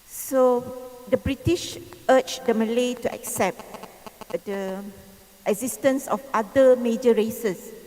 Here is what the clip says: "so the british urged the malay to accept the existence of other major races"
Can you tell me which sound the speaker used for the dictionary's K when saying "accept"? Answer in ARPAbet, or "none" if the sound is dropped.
K